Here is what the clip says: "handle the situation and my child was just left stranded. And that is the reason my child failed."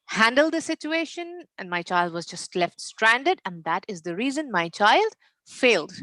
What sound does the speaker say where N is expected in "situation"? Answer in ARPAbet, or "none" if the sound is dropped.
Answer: N